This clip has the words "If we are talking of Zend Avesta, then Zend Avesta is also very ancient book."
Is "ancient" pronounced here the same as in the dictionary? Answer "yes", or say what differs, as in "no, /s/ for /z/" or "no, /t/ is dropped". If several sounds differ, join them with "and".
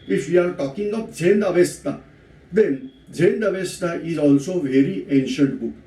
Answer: yes